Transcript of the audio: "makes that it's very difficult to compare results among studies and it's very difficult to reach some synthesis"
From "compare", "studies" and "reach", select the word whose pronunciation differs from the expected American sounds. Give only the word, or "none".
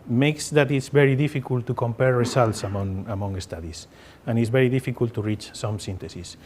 studies